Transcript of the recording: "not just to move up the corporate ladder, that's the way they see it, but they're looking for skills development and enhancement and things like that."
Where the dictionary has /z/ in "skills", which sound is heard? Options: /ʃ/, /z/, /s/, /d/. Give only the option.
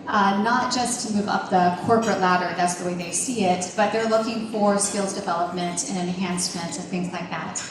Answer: /z/